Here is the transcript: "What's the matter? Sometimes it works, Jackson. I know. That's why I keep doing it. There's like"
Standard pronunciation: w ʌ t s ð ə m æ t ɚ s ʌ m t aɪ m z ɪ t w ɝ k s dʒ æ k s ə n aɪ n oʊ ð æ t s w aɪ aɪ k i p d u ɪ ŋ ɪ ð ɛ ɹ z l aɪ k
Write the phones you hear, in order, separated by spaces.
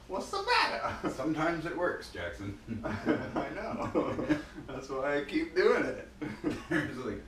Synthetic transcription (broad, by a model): w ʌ t s ð ə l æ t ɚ s ʌ m t aɪ m z ɪ t w ɝ k s dʒ æ k s ə n aɪ n oʊ ð æ t s w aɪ aɪ k i p d u ɪ ŋ ɪ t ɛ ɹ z l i